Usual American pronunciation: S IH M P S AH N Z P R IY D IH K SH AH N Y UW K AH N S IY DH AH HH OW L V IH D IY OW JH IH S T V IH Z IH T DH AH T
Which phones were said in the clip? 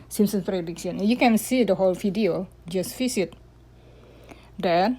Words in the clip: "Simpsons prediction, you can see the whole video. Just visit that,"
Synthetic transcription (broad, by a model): S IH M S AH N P R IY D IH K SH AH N Y UW K AH N S IY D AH HH OW L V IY D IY OW JH IH S T F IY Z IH T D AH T